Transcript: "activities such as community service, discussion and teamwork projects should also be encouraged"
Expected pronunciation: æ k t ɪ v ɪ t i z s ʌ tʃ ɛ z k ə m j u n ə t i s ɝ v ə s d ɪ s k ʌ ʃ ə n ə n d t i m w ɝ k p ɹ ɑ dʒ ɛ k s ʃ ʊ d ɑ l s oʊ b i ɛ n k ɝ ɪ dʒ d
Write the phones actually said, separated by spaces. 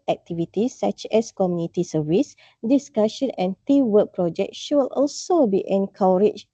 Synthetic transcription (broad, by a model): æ k t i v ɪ t i s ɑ tʃ ɛ s k ə m j u n ə t i s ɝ v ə s d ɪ s k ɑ ʃ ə n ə n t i w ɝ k p ɹ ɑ dʒ ɛ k ʃ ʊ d ɑ l s oʊ b i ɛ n k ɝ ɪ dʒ